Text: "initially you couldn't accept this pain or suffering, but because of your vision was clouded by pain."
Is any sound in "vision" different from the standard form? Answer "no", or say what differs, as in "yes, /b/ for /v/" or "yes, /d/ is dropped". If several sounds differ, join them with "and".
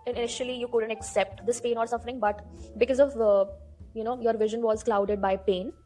no